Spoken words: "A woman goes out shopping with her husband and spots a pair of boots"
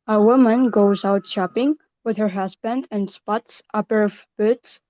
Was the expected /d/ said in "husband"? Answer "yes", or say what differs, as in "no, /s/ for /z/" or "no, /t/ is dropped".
yes